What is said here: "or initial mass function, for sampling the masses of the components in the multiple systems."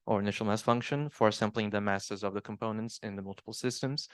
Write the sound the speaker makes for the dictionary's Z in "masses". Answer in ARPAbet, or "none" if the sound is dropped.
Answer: Z